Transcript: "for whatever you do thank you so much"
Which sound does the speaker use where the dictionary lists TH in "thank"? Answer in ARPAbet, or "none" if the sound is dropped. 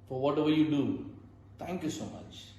T